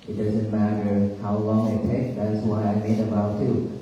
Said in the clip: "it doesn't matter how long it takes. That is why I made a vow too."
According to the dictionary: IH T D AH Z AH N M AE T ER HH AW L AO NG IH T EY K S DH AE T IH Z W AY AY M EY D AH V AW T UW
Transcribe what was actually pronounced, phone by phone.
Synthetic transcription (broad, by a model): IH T D AH Z AH N M AE T ER HH AW L AO NG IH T EY K DH AE T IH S W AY AY M EY D AH B AW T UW